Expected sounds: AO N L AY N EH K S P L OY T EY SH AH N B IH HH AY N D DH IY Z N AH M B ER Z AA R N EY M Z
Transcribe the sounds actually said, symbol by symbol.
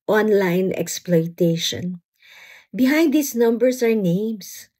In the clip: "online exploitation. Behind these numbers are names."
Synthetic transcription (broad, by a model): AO N L AY N EH K S P L OY T EY SH AH N B IH HH AY N D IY S N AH M B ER S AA R N EY M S